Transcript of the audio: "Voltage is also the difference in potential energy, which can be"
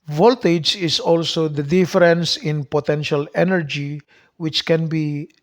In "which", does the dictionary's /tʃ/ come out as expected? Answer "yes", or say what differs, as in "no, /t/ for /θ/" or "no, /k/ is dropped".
yes